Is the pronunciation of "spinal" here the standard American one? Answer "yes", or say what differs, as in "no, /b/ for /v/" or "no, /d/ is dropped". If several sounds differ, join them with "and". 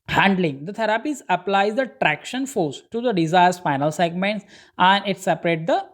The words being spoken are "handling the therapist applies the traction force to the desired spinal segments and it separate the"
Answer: no, /f/ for /p/